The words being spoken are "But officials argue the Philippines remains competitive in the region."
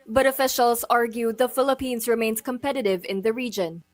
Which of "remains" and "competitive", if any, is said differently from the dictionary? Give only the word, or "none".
remains